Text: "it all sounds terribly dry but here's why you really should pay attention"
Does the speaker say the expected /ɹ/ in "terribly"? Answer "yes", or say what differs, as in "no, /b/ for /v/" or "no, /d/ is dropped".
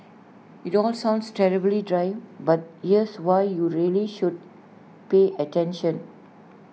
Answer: yes